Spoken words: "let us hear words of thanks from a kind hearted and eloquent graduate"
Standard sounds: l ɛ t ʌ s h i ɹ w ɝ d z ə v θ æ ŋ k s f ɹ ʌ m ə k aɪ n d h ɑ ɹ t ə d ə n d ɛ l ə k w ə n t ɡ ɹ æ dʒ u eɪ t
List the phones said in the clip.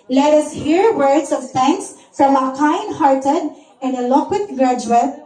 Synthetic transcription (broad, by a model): l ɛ t ʌ s h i ɹ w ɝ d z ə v t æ ŋ k s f ɹ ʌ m ə k aɪ n d h ɑ ɹ t ə d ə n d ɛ l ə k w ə t ɡ ɹ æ dʒ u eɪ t